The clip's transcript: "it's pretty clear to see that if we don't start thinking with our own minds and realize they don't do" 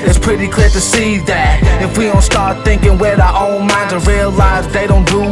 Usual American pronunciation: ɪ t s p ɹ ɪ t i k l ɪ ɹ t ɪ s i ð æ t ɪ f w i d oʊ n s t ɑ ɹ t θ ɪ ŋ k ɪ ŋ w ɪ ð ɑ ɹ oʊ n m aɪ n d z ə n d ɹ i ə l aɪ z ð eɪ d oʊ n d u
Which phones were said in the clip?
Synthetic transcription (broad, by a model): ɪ t s p ɹ ɪ t i k l ɪ ɹ t ɪ s i ð æ t ɪ f w i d oʊ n s t ɑ ɹ t θ ɪ ŋ k ɪ ŋ w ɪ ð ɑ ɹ oʊ n m aɪ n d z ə ɹ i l l aɪ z ð eɪ d oʊ n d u